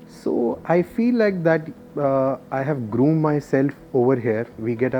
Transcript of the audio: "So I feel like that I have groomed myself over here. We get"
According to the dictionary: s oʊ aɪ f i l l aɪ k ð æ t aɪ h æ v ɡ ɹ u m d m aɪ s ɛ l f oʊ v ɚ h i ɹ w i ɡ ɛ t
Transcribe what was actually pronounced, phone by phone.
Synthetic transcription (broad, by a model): s oʊ aɪ f i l l aɪ k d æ t aɪ h æ v ɡ ɹ u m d m aɪ s ɛ l f oʊ v ɚ h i ɹ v i ɡ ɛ t